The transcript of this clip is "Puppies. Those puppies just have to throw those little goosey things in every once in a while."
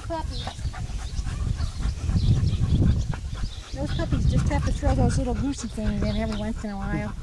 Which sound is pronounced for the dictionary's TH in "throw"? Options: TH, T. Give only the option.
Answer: T